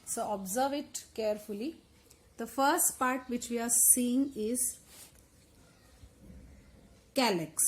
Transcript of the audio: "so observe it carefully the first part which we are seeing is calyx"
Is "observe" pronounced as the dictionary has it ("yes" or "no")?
yes